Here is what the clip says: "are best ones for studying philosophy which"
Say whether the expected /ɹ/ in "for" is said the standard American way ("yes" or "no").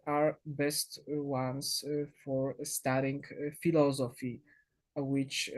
yes